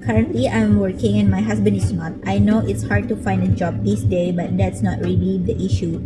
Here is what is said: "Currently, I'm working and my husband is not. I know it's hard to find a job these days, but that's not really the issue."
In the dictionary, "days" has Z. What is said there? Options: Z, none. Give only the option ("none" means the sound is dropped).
none